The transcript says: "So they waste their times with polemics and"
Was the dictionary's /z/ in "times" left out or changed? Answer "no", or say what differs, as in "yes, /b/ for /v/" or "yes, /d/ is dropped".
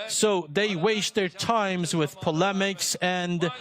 no